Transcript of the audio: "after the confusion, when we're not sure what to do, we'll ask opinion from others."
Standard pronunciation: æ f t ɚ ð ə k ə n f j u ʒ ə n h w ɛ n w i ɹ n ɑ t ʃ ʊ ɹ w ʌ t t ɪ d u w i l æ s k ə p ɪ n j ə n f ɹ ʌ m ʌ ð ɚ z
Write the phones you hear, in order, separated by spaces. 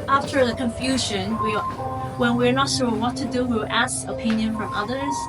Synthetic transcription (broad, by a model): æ f t ɚ ð ə k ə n f j u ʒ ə n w w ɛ n w i ɹ n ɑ t s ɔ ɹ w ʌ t t ɪ d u w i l æ s k ə p ɪ n j ə n f ɹ ʌ m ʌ ð ɚ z